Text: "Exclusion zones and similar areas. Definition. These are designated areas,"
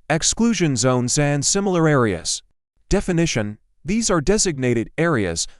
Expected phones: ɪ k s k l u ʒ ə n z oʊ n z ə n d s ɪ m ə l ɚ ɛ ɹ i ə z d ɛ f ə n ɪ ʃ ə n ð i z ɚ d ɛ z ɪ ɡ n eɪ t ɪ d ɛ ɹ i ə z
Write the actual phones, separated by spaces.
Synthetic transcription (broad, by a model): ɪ k s k l u ʒ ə n z oʊ n z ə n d s ɪ m l ɚ ɛ ɹ i ə z d ɛ f ə n ɪ ʃ ə n ð i z ɚ d ɛ z ɪ ɡ n eɪ t ɪ d ɛ ɹ i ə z